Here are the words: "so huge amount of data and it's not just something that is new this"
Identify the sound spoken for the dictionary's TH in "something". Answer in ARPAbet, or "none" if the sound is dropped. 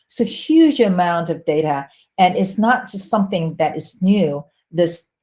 TH